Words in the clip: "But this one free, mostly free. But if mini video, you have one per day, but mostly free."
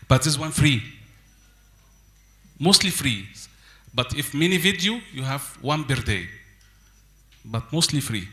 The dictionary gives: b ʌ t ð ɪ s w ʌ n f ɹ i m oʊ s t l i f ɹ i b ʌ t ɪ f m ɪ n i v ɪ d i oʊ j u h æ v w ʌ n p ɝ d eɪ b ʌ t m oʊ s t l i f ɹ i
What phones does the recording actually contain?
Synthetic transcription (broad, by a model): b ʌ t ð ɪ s w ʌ n f ɹ i m oʊ s t l i f ɹ i b ʌ t ɪ f m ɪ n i v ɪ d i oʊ j u h æ v w ʌ n b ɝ d eɪ b ʌ t m oʊ s t l i f ɹ i